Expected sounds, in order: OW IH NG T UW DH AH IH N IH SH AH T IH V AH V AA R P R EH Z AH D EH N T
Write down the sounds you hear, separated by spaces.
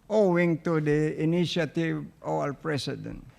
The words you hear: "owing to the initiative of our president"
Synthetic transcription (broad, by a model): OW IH NG T UW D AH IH N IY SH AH T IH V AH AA L P R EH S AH D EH N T